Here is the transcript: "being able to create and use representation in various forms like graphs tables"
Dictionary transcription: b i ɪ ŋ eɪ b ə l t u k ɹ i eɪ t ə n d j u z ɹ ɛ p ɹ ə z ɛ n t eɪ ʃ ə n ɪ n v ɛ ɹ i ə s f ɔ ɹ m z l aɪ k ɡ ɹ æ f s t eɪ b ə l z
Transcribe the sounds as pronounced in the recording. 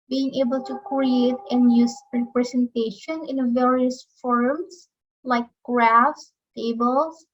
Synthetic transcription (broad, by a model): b i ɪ ŋ eɪ b ə l t u k ɹ i eɪ t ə n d j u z ɹ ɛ p ɹ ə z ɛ n t eɪ ʃ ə n ɪ n v ɛ ɹ i ə s f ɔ ɹ m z l aɪ k ɡ ɹ æ f s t eɪ b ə l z